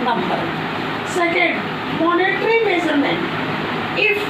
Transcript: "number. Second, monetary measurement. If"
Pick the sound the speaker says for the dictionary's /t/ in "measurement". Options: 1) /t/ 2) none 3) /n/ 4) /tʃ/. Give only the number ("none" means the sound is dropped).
2